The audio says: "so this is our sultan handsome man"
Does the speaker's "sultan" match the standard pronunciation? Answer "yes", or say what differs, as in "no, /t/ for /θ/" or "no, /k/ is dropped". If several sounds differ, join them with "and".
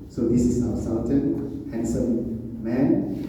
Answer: no, /n/ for /l/